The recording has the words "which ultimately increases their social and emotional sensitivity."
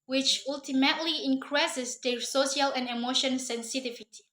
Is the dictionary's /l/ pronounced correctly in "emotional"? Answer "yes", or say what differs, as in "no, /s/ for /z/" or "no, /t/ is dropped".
no, /n/ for /l/